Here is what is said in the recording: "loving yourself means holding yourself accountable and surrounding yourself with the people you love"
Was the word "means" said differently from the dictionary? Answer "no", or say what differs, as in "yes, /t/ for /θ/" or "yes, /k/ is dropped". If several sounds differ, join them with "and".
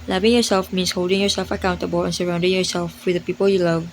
yes, /s/ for /z/